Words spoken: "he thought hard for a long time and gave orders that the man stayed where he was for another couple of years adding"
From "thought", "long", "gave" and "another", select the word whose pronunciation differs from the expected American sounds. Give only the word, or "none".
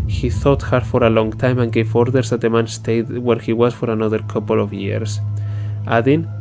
gave